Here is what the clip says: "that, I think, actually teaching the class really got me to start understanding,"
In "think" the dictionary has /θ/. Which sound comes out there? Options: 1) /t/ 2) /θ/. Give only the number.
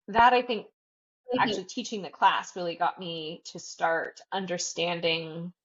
2